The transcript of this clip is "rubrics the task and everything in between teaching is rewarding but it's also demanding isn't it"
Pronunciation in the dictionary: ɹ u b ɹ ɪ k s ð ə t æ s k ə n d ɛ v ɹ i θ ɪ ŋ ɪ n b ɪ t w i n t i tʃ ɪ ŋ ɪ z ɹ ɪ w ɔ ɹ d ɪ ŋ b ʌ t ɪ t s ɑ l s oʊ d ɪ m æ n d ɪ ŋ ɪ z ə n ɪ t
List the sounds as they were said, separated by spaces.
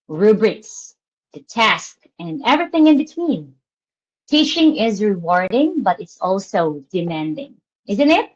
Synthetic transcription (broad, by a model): ɹ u b ɹ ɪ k s ð ə t æ s k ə n ɛ v ɹ i θ ɪ ŋ ɪ n b ɪ t w i n t i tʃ ɪ ŋ ɪ z ɹ ɪ w ɔ ɹ d ɪ ŋ b ʌ t ɪ t s ɑ l s oʊ d ɪ m æ n d ɪ ŋ ɪ z ə n ɪ t